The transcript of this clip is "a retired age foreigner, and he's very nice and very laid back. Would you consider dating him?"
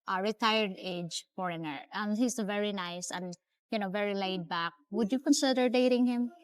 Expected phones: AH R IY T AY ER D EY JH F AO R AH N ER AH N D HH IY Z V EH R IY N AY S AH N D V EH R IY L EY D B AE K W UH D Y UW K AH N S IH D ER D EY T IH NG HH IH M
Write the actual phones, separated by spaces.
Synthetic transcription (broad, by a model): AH R IY T AY ER D EY JH F AO R AH N ER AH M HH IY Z V EH R IY N AY S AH N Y V EH R IY L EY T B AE K W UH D Y UW K AH N S IH D ER D EY T IH NG HH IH M